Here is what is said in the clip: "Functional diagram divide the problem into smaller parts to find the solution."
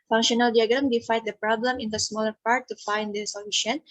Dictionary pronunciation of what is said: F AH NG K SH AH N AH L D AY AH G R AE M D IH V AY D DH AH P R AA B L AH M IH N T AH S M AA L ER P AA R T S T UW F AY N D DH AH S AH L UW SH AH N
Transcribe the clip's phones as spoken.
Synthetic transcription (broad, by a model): F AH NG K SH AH N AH L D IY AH G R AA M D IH F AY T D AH P R AA B L AH M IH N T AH S M AA L ER P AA R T T UW F AY N D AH S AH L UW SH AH N